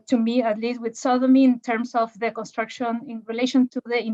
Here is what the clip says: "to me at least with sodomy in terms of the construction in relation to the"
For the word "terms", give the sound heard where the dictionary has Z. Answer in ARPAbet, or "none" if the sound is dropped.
S